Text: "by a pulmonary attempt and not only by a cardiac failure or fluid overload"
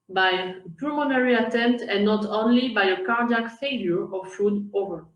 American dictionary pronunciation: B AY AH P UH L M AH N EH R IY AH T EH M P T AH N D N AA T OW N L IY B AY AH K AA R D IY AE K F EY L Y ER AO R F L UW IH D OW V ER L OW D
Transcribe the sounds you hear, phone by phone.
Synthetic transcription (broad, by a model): B AY AH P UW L M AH N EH R IY AH T EH M P T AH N N AA T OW N L IY B AY AH K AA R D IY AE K F EY L Y ER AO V F UW D OW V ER